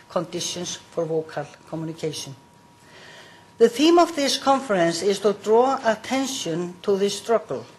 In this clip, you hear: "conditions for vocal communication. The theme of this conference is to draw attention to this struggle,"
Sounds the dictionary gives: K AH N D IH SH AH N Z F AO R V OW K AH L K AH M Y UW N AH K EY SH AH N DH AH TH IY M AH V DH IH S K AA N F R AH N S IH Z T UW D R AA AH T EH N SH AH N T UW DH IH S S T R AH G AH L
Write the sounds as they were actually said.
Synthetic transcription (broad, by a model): K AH N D IH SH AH N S F AO R V OW K AH L K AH M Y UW N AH K EY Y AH N DH AH TH IY M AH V DH IH S K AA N F R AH N S IH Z T UW D R AA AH T EH N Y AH N T UW DH IH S S T R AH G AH L